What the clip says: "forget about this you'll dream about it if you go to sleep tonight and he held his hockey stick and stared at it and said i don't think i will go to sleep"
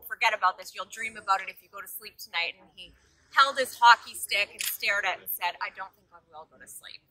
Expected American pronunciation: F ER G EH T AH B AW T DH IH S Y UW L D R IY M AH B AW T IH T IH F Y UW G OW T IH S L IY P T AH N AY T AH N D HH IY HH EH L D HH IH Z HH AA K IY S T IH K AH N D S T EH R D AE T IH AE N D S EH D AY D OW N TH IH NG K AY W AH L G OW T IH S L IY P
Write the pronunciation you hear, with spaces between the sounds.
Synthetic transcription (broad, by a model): F ER G EH T AH B AW T DH IH S Y UW L D R IY M AH B AW T IH T IH F Y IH G OW T IH S L IY P T AH N AY T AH N IY HH EH L D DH IH S HH AA K IY S T IH K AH N S T EH R D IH T N S EH D AY D OW N TH IH NG K AY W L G OW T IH S L IY P